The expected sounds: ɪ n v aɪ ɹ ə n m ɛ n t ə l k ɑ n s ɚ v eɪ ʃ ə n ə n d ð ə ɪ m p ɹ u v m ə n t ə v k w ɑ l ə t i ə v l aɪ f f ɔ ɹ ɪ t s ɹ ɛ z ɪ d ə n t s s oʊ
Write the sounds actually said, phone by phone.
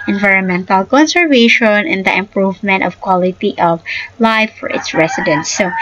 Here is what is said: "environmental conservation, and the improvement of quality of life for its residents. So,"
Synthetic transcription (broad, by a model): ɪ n v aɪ ɹ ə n m ɛ n t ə l k ɑ n s ɚ v eɪ ʃ ə n ə n d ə ɪ m p ɹ u v m ə n t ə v k w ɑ l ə t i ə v l aɪ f f ɔ ɹ ɪ t s ɹ ɛ s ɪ d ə n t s s oʊ